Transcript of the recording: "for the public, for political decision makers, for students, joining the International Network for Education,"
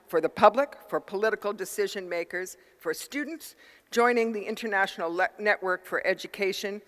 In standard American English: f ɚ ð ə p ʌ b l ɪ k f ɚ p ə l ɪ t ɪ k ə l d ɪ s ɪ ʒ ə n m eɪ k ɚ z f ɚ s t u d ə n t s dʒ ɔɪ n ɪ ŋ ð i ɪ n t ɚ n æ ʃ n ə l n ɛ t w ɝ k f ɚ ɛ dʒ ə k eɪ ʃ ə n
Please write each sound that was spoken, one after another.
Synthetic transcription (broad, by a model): f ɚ ð ə p ʌ b l ɪ k f ɚ p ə l ɪ t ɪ k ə l d ɪ s ɪ ʒ ə n m eɪ k ɚ z f ɚ s t u d n t s dʒ ɔɪ n ɪ ŋ ð i ɪ n t ɚ n æ ʃ n l n ɛ t w ɝ k f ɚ ɛ dʒ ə k eɪ ʃ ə n